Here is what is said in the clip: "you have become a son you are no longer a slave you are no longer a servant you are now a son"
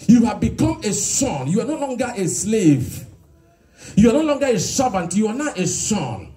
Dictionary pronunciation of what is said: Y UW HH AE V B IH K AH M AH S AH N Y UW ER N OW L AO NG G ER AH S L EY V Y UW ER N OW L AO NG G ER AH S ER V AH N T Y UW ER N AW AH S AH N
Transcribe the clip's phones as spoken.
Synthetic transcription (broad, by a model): Y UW HH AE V B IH K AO M AH S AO N Y UW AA N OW L AO NG G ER AH S L EY V Y UW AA N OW L AO NG G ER AH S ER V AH N T Y UW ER N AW AH S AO N